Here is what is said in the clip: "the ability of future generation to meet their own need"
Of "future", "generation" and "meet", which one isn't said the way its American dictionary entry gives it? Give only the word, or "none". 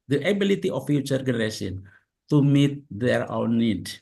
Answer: generation